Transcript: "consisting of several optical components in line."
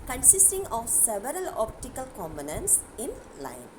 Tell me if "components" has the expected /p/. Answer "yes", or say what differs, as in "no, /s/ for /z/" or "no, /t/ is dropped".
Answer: no, /b/ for /p/